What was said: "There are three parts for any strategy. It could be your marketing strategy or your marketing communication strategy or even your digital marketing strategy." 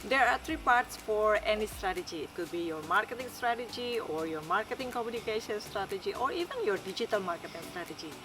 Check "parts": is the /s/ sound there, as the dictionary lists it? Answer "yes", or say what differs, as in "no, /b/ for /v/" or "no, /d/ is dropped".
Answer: yes